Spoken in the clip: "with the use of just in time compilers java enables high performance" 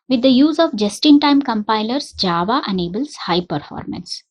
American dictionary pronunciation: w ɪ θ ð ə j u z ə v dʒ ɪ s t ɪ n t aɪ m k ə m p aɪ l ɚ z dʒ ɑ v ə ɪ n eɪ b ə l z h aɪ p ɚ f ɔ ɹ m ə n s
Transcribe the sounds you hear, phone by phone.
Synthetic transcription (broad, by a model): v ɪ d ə j u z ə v dʒ ɪ s t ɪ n t aɪ m k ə m p aɪ l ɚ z dʒ ɑ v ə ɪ n eɪ b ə l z h aɪ p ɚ f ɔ ɹ m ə n s